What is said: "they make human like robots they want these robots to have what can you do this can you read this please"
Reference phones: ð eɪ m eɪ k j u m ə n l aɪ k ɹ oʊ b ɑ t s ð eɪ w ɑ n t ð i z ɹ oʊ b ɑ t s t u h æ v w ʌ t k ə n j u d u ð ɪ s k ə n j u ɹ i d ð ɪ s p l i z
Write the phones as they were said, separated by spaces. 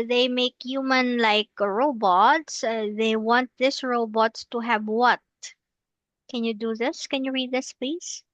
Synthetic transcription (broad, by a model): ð eɪ m eɪ k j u m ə n l aɪ k ɹ oʊ b ɑ t s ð eɪ w ɑ n t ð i s ɹ oʊ b ɑ t s t u h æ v w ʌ t k ə n j u d u ð ɪ s k ə n j u ɹ i d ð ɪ s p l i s